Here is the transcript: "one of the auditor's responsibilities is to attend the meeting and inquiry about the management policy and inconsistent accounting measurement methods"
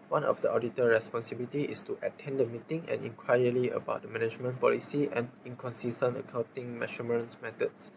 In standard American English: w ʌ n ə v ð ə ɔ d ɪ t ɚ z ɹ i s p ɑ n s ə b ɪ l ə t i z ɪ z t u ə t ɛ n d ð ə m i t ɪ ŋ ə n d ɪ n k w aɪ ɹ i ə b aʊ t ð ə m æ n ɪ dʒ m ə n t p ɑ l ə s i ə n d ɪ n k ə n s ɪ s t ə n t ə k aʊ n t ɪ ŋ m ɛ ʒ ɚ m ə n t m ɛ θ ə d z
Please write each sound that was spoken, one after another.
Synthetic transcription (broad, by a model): w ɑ n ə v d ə ɔ d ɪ t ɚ ɹ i s p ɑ n s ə b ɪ l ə t i ɪ s t u ə t ɛ n d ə m i t ɪ ŋ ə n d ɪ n k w aɪ l i ə b aʊ t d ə m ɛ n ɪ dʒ m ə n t p ɑ l ə s i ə n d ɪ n k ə n s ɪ s t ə n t ə k aʊ n t ɪ ŋ m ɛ ʃ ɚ m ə n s m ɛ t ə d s